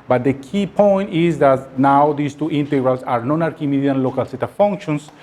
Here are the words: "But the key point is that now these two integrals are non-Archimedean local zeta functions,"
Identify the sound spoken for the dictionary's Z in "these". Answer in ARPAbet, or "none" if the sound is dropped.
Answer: S